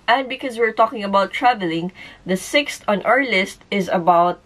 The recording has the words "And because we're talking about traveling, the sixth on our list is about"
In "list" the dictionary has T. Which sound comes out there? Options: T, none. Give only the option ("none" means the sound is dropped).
T